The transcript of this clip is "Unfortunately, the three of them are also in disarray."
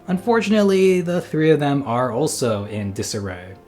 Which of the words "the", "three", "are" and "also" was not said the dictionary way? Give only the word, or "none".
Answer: none